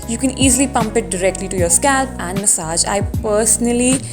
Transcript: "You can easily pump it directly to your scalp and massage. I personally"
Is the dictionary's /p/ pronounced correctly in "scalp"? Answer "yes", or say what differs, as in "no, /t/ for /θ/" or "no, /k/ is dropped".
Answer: yes